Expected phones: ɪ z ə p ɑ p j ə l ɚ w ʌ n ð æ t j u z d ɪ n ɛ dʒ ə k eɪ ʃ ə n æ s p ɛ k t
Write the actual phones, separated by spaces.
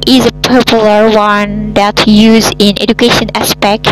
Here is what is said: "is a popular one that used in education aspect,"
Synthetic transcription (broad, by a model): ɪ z ə p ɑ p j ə l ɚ w ʌ n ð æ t j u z ɪ n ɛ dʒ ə k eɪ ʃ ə n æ s p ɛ k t